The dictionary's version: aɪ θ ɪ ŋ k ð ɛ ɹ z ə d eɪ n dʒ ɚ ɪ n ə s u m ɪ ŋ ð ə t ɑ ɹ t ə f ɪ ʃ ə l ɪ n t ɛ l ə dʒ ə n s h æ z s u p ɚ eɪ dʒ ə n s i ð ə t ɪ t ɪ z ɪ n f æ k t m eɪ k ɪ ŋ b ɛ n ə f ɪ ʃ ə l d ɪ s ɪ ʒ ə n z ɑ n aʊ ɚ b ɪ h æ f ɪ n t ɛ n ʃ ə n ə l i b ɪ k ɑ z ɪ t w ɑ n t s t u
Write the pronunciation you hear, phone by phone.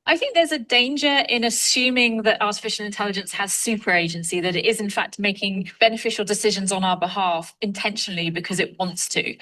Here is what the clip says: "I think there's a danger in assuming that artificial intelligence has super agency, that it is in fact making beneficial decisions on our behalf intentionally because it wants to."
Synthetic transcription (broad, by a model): aɪ θ ɪ ŋ k ð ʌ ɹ z ə d eɪ n dʒ ɚ ɪ n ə s u m ɪ ŋ ð ə t ɑ t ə f ɪ ʃ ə l ɪ n t ɛ l ə dʒ ə n s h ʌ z s u p ɚ eɪ dʒ ə n s i ð ə t ɪ t ɪ z ɪ n f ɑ k t m eɪ k ɪ ŋ b ɛ n ə f ɪ ʃ ə l d ɪ s ɪ ʒ ə n z n aʊ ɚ b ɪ h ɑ f ɪ n t ɛ n ʃ ə n ə l i b ɪ k ɑ z ɪ t w ɑ n t s t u